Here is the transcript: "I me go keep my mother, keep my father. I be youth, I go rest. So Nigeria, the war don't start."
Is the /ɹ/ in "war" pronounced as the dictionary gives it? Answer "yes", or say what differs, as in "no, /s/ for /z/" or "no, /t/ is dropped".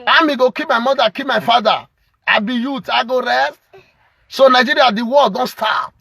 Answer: no, /l/ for /ɹ/